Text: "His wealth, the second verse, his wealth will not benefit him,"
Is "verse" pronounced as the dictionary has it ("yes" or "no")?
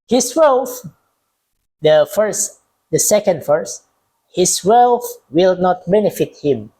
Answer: no